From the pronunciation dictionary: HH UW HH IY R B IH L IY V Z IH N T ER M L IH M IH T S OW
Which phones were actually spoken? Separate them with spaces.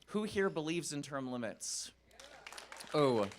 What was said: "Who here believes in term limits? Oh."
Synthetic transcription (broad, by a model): HH UW HH IY R B IH L IY V Z IH N T ER M L IH M IH T S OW